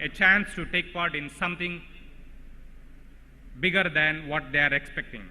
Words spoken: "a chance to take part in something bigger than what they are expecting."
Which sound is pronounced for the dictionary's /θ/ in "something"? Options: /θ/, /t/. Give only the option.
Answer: /t/